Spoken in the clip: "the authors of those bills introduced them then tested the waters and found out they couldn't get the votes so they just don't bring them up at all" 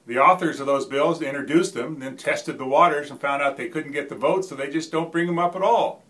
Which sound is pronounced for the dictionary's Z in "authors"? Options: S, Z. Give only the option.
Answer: Z